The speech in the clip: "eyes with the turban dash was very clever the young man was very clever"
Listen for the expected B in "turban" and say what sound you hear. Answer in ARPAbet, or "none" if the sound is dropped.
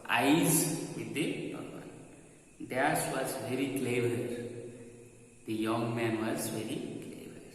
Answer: none